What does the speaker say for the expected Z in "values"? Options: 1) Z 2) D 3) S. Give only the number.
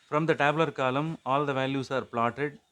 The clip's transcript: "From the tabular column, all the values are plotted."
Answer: 3